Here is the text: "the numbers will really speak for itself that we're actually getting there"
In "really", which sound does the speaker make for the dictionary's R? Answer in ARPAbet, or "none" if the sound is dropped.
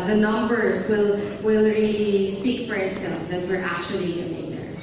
W